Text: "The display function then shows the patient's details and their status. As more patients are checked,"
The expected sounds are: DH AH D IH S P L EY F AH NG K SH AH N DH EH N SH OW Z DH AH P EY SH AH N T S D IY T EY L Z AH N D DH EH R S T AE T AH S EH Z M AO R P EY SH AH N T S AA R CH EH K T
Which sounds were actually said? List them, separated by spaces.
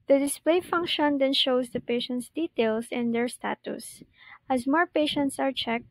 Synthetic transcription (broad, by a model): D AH D IH S P L EY F AH NG K SH AH N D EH N SH OW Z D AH P EY SH AH N T S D IY T EY L S AH N D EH R S T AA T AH S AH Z M AO R P EY SH AH N T S AA R CH EH K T